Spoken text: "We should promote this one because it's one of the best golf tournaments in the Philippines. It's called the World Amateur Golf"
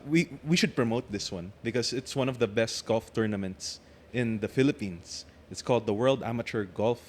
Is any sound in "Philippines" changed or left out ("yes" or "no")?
yes